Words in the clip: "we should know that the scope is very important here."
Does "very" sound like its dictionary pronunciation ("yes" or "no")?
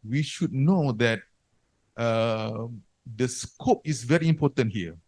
yes